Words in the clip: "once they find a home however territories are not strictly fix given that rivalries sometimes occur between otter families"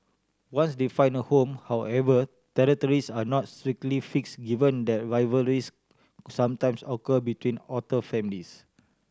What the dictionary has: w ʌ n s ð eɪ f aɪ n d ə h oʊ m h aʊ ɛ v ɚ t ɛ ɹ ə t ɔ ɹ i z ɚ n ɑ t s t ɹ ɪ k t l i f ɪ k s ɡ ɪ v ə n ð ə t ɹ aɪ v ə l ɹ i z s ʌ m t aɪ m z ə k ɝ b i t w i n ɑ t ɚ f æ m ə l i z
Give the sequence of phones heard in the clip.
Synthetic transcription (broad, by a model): w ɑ n s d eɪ f aɪ n ə h oʊ m h aʊ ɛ v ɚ t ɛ ɹ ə t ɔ ɹ i s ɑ n ɑ t s t ɹ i k t l i f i k s ɡ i v ə n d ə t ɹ aɪ v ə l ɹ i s s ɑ m t aɪ m s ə k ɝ b i t w i n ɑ t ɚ f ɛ m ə l i s